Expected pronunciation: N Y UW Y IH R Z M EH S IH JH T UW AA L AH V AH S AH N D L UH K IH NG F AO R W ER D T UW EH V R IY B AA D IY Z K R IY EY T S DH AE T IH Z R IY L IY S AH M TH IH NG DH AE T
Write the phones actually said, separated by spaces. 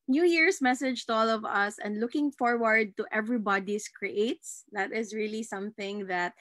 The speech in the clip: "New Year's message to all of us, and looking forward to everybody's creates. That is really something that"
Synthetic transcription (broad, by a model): N Y UW Y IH R S M EH S IH JH T UW AA L AH V AH S AH N D L UH K IH NG F AO R W ER D T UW EH V R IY B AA D IY S K R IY EY T S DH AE T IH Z R IY L IY S AH M TH IH NG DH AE T